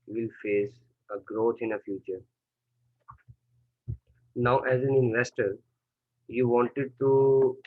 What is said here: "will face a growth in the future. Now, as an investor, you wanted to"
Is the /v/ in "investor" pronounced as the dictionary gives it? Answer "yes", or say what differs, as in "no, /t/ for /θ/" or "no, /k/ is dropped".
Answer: yes